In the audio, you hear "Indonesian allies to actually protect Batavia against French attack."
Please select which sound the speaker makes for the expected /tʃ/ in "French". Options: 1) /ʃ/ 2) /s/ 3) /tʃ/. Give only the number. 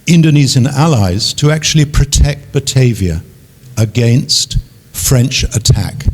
3